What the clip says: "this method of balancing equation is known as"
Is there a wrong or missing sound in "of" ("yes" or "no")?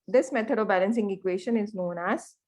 no